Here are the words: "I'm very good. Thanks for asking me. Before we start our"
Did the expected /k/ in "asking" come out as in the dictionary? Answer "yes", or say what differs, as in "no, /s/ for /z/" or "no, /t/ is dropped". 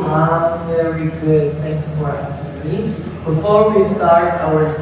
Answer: no, /k/ is dropped